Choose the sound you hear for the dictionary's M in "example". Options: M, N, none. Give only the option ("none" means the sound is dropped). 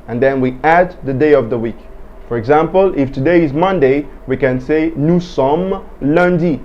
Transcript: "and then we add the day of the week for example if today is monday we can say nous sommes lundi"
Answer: M